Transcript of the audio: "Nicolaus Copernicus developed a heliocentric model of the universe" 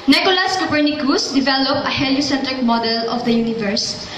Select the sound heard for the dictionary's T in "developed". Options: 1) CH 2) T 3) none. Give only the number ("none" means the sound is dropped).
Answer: 3